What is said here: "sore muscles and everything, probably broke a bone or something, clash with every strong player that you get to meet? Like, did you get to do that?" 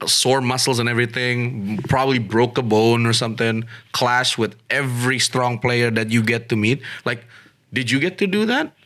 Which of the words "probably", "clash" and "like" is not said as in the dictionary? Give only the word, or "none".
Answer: none